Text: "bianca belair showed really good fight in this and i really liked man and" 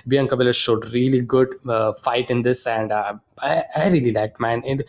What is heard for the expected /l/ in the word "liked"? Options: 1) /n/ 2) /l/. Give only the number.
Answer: 2